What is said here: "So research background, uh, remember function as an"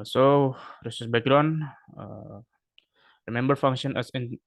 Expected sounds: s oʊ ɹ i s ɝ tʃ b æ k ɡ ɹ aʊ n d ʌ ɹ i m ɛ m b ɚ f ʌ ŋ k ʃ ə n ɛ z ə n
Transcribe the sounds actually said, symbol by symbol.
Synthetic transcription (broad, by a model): s oʊ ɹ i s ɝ s b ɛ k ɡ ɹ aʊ n ʌ ɹ i m ɛ m b ɚ f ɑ ŋ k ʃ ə n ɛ s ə n